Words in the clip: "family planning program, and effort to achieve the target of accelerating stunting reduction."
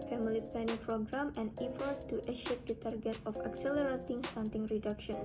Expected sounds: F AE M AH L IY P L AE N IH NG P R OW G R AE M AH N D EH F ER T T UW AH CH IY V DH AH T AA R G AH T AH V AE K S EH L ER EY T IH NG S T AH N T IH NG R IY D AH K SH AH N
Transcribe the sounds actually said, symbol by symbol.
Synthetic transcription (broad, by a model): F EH M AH L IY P EH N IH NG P R OW G R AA M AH N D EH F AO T T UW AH SH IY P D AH T AA R G AH T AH F AE K S EH L ER EY T IH NG S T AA N T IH NG R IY D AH K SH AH N